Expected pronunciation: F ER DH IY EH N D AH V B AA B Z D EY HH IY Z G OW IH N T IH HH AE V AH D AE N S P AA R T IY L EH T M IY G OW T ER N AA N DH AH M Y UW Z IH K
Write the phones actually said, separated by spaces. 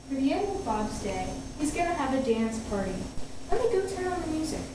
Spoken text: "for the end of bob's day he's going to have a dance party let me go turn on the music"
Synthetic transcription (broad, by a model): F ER DH IY EH N D AH V B AA B Z D EY HH IY Z G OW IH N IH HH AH V AH D AE N S P AA R T IY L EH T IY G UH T ER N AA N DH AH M Y UW Z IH K